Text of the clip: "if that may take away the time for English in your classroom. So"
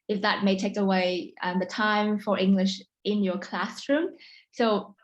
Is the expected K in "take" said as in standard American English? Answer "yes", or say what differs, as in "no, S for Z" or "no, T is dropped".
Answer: yes